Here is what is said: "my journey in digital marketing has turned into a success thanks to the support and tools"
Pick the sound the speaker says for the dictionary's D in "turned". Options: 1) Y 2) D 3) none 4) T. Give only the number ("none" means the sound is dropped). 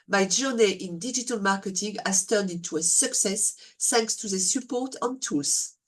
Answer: 2